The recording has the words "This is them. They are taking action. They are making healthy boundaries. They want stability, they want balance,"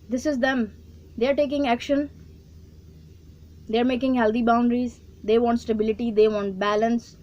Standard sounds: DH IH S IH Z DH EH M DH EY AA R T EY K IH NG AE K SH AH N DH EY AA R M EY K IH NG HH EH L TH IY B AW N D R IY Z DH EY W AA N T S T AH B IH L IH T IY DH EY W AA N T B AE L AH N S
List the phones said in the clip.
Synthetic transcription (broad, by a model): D IH S IH Z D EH M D EY AA R T EY K IH NG AE K SH AH N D EY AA R M EY K IH NG HH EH L T IY B AW N D R IY Z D EY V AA N T S T AH B IH L IH T IY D EY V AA N T B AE L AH N S